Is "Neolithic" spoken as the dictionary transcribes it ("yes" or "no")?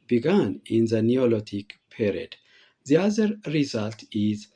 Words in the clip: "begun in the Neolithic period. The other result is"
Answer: no